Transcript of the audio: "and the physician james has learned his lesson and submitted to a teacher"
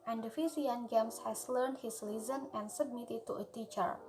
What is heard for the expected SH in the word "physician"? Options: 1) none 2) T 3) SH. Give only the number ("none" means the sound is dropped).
1